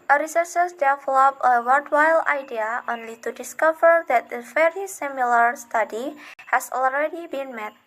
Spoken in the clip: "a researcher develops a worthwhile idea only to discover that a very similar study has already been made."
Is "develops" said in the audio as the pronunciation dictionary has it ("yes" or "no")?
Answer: no